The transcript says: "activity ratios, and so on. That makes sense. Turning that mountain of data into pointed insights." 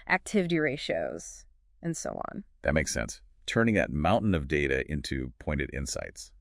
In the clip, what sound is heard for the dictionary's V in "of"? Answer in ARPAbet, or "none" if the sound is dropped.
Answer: V